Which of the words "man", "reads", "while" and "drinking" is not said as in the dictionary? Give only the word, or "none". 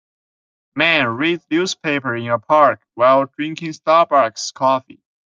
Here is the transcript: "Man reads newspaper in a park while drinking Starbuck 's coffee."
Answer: reads